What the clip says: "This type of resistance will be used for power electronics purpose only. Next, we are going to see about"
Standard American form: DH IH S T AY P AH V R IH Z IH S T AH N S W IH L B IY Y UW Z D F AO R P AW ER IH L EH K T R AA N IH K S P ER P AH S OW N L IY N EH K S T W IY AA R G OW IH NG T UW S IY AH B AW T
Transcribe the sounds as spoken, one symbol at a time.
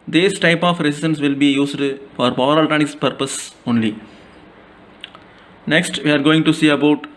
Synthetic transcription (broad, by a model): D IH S T AY P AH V R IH S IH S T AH N S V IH L B IY Y UW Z D F AO R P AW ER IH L T AA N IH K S P ER P AH S OW N L IY N EH K S T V IY AA R G OW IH NG T UW S IY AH B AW T